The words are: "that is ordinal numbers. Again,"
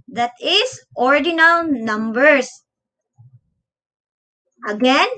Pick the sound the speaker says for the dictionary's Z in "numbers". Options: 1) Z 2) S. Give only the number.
2